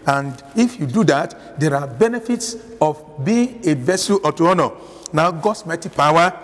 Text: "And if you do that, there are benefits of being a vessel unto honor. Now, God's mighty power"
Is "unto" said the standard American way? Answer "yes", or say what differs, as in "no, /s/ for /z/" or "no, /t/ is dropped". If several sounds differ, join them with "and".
no, /n/ is dropped